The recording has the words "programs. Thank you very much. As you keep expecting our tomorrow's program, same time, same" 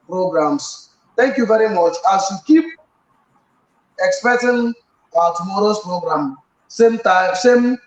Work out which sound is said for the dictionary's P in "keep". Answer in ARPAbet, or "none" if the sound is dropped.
P